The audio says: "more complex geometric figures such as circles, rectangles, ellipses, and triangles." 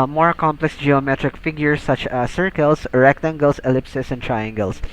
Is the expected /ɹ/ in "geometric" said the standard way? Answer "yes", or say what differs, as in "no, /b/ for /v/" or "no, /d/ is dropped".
yes